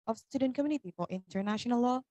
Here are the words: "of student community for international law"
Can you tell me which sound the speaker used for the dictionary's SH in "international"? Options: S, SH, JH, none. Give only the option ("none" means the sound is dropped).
SH